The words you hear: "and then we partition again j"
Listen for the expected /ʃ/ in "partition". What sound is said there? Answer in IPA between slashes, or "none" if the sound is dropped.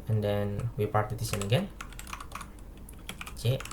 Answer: /s/